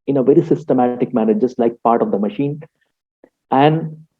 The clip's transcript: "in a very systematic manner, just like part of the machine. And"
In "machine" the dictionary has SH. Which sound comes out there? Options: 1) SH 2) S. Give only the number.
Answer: 1